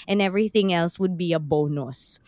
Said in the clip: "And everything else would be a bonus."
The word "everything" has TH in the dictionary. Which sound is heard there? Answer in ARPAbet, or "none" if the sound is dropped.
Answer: TH